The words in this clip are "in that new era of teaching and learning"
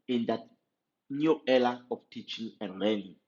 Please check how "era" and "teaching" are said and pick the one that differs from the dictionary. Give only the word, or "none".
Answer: era